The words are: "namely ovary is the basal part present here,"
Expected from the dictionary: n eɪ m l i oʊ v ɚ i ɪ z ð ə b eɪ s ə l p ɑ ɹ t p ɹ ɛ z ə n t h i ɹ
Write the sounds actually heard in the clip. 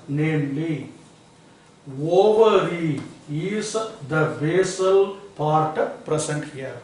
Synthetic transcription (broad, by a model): n eɪ m l i oʊ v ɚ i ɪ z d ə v eɪ s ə l p ɑ ɹ t p ɹ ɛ s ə n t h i ɹ